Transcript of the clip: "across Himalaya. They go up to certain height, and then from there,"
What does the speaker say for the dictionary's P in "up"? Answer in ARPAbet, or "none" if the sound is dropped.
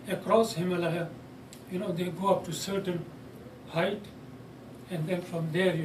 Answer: P